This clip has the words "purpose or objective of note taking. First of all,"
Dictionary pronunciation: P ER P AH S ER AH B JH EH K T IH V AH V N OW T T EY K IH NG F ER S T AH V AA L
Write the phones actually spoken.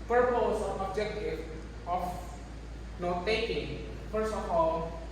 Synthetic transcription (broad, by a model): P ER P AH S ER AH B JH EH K T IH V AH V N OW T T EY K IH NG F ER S AH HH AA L